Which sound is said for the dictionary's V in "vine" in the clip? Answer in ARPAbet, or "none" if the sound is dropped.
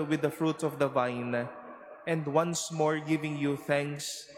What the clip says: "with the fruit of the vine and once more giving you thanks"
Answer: V